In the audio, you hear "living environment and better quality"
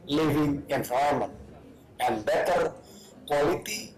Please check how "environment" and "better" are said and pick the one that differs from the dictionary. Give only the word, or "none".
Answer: environment